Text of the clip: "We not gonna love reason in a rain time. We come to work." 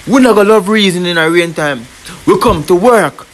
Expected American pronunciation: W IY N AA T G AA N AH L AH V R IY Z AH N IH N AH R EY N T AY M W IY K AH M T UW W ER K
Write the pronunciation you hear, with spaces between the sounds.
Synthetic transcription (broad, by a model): W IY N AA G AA L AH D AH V R IY Z AH N IH N AH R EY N T AY M W IY K AH M T UW W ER K